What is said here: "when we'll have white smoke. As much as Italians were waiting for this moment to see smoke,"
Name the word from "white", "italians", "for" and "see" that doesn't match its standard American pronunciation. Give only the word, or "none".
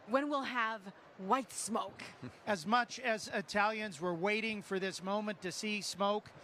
none